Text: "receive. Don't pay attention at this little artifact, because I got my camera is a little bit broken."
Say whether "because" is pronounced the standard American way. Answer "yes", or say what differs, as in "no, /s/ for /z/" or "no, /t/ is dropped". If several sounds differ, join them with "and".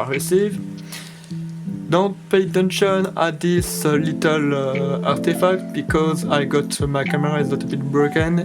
yes